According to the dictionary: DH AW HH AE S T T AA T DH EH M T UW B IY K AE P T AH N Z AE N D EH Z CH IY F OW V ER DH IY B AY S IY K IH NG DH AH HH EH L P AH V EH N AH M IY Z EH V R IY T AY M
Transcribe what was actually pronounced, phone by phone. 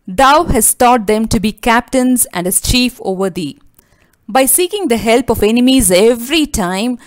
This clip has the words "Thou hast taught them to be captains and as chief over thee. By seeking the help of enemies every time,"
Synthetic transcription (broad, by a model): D AW HH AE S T T AA T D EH M T UW B IY K AE P T AH N Z AE N D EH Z CH IY F OW V ER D IY B AY S IY K IH NG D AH HH EH L P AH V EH N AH M IY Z EH V R IY T AY M